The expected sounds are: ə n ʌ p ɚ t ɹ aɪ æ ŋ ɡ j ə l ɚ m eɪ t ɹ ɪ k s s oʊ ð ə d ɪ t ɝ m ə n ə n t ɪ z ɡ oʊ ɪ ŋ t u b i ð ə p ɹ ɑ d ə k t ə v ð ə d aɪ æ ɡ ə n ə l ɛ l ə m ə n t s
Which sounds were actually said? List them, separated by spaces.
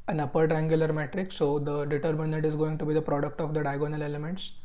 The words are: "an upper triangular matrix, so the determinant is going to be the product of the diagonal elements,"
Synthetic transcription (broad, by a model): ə n ʌ p ɚ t ɹ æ ŋ ɡ j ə l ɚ m eɪ t ɹ ɪ k s s oʊ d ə d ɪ t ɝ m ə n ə t ɪ z ɡ oʊ ɪ ŋ t u b i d ə p ɹ ɑ d ə k t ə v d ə d aɪ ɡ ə n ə l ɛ l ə m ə n t s